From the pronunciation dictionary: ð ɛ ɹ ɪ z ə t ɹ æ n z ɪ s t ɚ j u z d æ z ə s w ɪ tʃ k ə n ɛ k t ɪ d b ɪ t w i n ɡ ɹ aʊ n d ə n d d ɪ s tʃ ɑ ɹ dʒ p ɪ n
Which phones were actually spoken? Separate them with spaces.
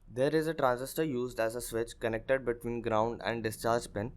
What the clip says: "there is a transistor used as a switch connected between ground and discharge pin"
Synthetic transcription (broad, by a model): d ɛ ɹ ɪ z ə t ɹ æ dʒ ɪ s t ɚ j u z d æ z ə s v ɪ tʃ k ə n ɛ k t ɪ d b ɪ t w i n ɡ ɹ aʊ n d ə n d d ɪ s tʃ ɑ ɹ dʒ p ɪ n